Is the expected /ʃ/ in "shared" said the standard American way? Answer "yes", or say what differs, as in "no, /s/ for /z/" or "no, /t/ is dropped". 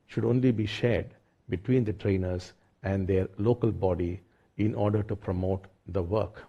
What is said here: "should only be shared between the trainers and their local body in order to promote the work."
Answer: yes